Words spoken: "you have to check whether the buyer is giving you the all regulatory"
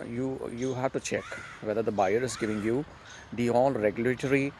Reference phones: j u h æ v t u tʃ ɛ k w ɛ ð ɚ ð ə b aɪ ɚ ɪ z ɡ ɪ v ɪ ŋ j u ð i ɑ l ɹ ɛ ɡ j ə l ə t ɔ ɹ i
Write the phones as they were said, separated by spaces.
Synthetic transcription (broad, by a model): j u h æ v t u tʃ ɛ k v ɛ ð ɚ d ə b aɪ ɚ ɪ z ɡ ɪ v ɪ ŋ j u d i ɑ l ɹ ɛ ɡ j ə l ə t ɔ ɹ i